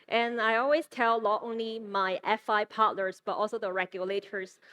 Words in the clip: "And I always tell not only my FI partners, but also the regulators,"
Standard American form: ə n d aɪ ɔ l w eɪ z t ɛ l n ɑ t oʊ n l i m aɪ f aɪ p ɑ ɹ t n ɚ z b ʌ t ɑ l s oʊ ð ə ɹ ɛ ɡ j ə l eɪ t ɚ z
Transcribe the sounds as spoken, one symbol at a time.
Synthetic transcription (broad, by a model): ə n aɪ ɔ l w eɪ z t ɛ l n ɑ t oʊ n l i m aɪ f aɪ p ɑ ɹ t l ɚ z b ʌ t ɑ l s oʊ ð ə ɹ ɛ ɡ j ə l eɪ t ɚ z